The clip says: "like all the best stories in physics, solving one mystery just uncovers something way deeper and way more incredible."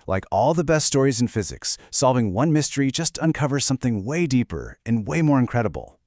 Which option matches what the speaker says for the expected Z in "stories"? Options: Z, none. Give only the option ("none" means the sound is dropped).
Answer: Z